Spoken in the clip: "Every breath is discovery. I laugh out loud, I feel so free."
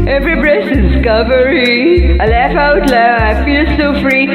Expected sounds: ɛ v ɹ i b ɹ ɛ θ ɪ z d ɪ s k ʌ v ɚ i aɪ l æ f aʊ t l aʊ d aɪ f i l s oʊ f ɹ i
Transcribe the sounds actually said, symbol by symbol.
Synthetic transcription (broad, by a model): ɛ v ɹ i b ɹ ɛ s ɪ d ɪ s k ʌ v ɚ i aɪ l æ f aʊ t l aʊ aɪ f i l s oʊ f ɹ i